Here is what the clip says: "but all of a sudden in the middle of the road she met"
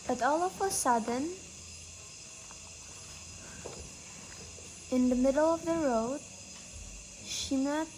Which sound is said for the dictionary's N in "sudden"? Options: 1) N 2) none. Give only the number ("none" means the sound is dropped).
1